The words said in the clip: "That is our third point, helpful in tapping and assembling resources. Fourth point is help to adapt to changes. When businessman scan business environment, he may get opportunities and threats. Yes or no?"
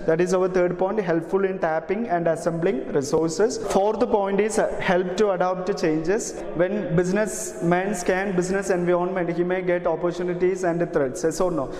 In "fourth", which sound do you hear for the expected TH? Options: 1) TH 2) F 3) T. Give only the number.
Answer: 3